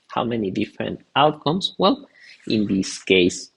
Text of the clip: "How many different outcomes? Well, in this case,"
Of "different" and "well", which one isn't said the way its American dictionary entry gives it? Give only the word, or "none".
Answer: none